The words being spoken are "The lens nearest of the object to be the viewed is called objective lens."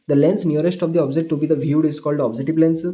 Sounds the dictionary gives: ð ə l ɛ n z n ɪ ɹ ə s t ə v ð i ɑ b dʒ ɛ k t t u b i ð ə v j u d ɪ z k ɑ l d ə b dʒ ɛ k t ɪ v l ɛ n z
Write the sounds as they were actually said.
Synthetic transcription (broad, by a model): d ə l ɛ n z n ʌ ɹ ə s t ə v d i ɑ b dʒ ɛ t t u b i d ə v j u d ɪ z k ɑ l d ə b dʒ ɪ t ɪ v l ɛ n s